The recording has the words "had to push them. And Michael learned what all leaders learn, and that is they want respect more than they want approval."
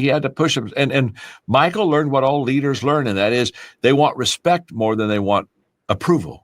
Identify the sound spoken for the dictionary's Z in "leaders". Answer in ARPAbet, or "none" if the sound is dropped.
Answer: Z